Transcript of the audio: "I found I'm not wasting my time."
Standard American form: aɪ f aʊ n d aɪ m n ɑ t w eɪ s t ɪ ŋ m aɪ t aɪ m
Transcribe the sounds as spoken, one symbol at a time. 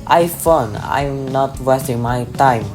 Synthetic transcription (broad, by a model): aɪ f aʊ n aɪ m n ɑ t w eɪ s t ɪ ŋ m aɪ t aɪ m